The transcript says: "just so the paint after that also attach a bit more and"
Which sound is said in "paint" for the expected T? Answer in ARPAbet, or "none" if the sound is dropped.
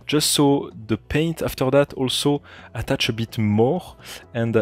T